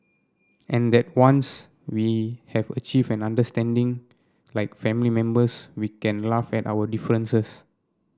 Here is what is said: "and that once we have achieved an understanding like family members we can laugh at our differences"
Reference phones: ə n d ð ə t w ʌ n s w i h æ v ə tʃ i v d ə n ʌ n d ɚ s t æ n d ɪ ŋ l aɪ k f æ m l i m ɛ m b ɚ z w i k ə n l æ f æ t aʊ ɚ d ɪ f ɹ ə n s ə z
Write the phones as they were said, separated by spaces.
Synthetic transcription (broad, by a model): ə n d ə t w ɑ n s w i h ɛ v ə tʃ i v ə n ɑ n d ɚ s t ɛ n d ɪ ŋ l aɪ k f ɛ m l i m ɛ m b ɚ s w i k ə n l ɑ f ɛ t aʊ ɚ d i f ɹ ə n s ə s